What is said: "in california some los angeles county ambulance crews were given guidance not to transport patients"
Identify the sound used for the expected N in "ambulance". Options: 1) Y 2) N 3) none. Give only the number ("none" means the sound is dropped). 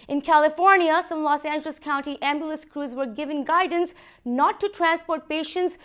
3